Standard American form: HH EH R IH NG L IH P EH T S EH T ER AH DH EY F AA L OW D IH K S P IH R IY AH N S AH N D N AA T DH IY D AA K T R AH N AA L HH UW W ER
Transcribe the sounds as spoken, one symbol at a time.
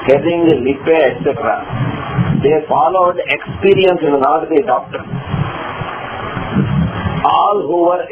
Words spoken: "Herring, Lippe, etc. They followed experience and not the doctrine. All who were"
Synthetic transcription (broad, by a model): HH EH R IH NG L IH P EH T S EH T ER AH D EY F AA L OW D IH K S P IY R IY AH N S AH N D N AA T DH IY D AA K T AH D AA L HH UW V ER